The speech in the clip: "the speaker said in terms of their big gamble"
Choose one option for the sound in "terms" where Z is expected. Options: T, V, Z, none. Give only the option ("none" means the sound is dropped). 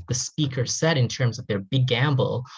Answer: Z